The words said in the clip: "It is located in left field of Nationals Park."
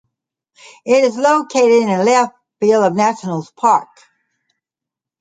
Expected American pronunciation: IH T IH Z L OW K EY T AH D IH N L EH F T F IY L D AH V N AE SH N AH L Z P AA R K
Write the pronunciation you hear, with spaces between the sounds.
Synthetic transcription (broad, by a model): IH T IH Z L OW K EY T AH D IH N L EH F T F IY L AH V N AE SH N L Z P AA R K